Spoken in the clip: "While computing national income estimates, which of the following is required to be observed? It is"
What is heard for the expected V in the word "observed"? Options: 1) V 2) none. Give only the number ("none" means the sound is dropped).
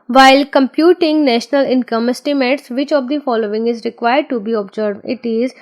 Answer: 2